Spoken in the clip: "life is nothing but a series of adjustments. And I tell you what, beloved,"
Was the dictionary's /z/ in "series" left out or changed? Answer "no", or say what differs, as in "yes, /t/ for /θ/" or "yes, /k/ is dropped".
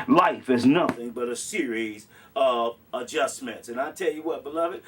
no